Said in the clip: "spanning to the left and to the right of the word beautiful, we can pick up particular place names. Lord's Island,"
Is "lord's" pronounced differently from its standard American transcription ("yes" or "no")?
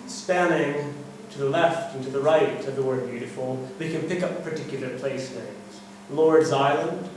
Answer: no